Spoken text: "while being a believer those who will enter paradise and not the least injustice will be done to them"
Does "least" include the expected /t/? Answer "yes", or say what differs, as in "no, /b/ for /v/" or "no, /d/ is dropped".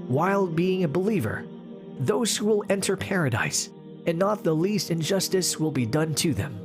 yes